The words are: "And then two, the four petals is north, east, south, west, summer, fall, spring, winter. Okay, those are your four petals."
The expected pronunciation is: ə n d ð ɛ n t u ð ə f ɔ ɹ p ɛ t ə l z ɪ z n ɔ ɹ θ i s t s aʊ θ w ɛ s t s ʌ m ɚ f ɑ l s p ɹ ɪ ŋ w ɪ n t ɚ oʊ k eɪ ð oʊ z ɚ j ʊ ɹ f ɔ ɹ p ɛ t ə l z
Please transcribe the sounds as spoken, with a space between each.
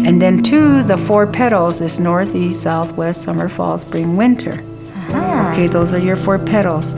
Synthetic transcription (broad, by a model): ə n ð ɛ n t u ð ə f ɔ ɹ p ɛ t l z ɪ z n ɔ ɹ θ i s t s aʊ θ w ɛ s t s ʌ m ɚ f ɑ l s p ɹ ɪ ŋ w ɪ n t ɚ oʊ k eɪ ð oʊ z ɚ j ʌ ɹ f ɔ ɹ p ɛ t l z